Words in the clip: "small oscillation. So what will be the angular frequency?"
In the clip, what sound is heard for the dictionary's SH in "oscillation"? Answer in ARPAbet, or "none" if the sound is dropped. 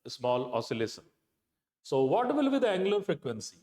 S